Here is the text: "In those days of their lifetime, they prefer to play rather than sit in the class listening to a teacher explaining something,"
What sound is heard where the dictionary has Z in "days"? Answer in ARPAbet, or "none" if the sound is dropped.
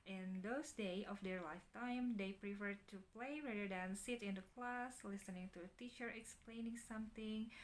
none